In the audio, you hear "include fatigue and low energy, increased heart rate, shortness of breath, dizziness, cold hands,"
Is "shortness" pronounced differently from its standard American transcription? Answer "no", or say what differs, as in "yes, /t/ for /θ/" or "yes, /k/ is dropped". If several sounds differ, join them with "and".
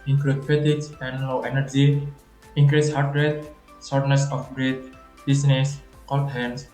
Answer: yes, /s/ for /ʃ/